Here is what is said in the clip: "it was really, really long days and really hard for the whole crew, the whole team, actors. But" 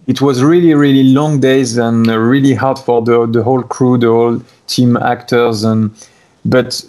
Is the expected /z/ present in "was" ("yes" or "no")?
yes